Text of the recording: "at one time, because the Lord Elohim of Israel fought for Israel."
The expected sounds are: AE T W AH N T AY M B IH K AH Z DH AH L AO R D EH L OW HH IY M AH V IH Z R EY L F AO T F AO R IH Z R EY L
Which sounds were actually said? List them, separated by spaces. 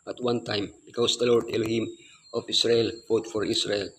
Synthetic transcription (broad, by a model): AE T W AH N T AY M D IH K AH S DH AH L AO R D EH L OW HH IY M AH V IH S R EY L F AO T F AO R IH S R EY L